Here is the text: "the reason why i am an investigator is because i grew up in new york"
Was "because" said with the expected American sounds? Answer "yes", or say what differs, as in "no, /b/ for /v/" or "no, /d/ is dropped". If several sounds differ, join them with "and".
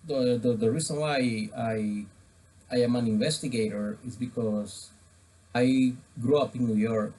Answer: no, /s/ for /z/